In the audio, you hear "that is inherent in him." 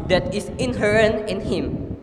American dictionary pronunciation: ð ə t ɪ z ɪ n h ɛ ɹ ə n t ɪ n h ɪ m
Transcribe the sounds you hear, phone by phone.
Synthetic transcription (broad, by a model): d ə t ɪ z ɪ n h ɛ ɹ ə n ɪ n h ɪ m